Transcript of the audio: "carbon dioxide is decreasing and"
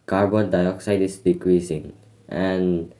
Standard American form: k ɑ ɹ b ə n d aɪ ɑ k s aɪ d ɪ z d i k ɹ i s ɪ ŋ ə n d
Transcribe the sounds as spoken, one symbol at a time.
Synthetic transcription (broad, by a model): k ɑ ɹ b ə n d aɪ ɑ k s aɪ d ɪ s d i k ɹ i s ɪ ŋ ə n